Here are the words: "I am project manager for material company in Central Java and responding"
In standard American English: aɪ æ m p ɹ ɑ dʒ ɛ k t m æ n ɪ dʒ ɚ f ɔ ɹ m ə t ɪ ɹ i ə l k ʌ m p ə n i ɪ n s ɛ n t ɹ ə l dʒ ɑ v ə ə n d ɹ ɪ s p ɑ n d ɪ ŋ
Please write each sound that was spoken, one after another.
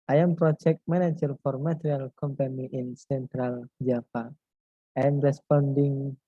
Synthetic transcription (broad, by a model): aɪ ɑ m p ɹ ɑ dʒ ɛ k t m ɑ n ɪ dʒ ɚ f ɔ ɹ m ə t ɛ ɹ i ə l k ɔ m p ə n i ɪ n s ɛ n t ɹ ə l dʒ ɑ p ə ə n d ɹ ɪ s p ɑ n d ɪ ŋ